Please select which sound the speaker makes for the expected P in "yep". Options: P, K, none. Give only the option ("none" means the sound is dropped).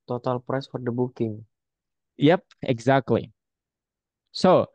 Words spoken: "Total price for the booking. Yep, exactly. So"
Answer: P